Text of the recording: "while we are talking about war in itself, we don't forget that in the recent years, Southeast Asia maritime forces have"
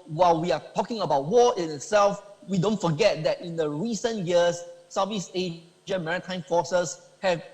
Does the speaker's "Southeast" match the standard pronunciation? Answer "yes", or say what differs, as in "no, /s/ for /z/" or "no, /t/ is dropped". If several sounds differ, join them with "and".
no, /t/ is dropped